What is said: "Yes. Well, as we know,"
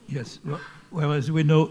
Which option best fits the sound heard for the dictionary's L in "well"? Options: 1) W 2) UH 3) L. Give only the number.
1